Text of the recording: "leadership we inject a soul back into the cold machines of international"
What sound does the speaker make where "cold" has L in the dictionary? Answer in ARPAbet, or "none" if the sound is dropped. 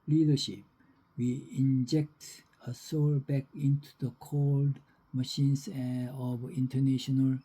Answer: L